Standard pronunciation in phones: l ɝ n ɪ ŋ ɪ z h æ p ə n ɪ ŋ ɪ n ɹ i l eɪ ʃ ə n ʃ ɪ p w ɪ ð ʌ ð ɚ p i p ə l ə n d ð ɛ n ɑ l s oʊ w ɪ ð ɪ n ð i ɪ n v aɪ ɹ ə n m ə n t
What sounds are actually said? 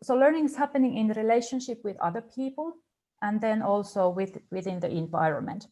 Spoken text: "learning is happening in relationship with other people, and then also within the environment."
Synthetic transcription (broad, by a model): l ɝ n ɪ ŋ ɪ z h æ p ə n ɪ ŋ ɪ n ɹ i l eɪ ʃ ə n ʃ ɪ p w ɪ ð ʌ ð ɚ p i p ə l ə n ð ɛ n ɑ l s oʊ w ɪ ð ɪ n ð i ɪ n v aɪ ɹ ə n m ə n t